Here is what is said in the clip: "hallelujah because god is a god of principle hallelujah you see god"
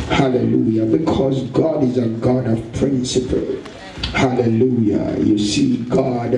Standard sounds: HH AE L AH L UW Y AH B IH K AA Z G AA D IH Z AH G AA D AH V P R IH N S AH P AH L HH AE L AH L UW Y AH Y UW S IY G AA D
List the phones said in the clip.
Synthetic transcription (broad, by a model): HH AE L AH L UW Y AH B IH K AA Z G AA D IH Z AH G AA D AH V P R IH N S AH P AH L HH AE L AH L UW Y AH Y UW S IY G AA D